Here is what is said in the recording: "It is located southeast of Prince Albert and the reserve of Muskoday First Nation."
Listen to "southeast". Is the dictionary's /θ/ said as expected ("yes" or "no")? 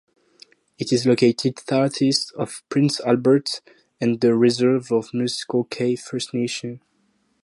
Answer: no